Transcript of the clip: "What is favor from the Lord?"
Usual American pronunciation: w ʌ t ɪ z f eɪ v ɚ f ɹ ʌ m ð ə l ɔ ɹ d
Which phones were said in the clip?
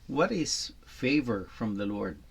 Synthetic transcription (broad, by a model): w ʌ t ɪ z f eɪ v ɚ f ɹ ʌ m ð ə l ɔ ɹ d